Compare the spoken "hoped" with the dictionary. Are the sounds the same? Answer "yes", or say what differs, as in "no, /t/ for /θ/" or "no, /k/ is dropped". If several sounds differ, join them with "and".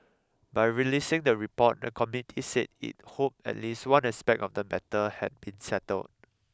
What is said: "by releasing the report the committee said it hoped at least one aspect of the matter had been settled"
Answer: no, /t/ is dropped